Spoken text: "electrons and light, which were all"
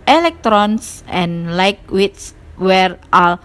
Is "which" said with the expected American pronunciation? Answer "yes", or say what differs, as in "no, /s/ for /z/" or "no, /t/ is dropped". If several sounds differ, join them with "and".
no, /s/ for /tʃ/